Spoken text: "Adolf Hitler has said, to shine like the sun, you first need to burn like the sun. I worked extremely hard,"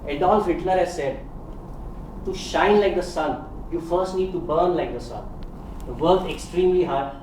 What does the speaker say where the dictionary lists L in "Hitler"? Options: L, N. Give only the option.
N